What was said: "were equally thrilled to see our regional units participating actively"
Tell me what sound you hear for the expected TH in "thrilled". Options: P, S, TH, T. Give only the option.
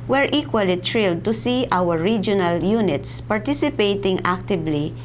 T